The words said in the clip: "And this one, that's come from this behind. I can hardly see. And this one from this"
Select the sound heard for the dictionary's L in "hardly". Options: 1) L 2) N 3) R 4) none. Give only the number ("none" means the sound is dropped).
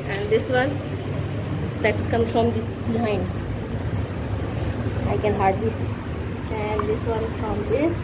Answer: 4